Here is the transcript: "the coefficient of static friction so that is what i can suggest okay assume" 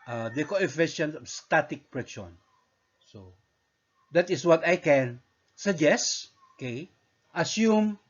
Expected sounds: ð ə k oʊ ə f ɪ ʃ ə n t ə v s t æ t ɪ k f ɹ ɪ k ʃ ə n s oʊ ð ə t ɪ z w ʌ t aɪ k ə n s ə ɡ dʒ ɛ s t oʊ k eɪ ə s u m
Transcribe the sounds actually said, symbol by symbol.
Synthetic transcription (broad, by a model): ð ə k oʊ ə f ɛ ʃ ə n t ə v s t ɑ t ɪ k p ɹ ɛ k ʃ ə n s oʊ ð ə t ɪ s w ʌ t aɪ k ə n s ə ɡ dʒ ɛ s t oʊ k eɪ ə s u m